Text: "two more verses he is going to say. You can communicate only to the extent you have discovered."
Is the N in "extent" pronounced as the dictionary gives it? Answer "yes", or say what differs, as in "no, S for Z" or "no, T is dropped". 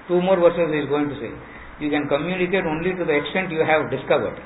yes